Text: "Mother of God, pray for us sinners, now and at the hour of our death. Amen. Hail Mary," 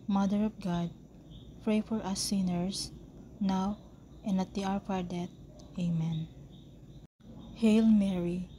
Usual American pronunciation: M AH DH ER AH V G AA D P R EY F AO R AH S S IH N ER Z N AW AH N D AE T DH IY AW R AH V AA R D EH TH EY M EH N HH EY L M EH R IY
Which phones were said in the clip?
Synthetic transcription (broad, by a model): M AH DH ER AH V G AA D P R EY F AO R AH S S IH N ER S N AW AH N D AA T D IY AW R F AA R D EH T EY M EH N HH EY L M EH R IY